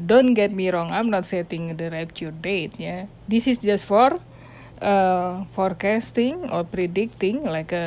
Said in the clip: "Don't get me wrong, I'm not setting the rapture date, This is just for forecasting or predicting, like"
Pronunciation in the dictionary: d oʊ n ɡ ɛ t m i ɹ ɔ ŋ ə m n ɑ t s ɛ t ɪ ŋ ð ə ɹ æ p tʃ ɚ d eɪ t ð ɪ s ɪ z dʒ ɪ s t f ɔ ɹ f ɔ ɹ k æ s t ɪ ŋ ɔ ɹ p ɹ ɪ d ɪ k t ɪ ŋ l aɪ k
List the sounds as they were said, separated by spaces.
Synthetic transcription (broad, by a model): d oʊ n ɡ ɛ t m i ɹ ɔ ŋ ə m n ɑ t s ɛ t ɪ ŋ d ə ɹ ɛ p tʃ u d eɪ t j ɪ s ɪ s dʒ ɪ s t f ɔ ɹ f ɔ ɹ k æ s t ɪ ŋ ɔ ɹ p ɹ ɪ d ɪ k t ɪ ŋ l aɪ k